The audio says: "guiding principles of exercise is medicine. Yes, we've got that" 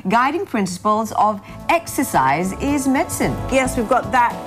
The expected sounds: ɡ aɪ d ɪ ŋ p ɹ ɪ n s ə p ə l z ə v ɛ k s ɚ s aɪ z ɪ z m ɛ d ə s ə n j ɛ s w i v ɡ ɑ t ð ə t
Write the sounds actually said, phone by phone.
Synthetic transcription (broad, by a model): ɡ aɪ d ɪ ŋ p ɹ ɪ n s ə p ə l z ə v ɛ k s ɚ s aɪ z ɪ z m ɛ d s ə n j ɛ s w i v ɡ ɑ t ð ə t